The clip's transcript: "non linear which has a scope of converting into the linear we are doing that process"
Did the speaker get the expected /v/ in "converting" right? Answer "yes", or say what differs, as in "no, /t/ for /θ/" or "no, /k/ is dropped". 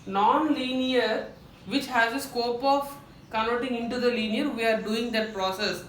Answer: no, /v/ is dropped